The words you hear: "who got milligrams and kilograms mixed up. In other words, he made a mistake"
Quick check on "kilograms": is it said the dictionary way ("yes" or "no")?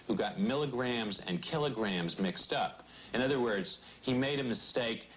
yes